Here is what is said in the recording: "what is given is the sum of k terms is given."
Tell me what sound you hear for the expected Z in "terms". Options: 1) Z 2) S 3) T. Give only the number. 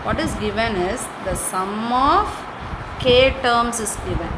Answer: 2